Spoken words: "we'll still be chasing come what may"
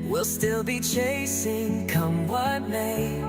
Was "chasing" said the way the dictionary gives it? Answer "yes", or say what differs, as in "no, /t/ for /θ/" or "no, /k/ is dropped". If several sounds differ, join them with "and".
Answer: yes